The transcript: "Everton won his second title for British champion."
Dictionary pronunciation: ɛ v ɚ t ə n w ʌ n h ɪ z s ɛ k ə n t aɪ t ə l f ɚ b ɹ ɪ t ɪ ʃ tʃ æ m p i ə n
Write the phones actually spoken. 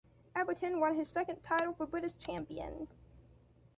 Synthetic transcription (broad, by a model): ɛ b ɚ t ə n w ʌ n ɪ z s ɛ k ə n t aɪ t l f ɚ b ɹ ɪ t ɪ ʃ tʃ æ m p i ə n